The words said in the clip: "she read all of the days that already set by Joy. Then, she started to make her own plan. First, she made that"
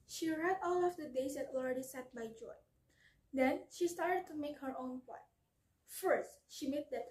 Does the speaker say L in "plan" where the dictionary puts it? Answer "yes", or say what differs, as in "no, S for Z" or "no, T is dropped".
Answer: no, L is dropped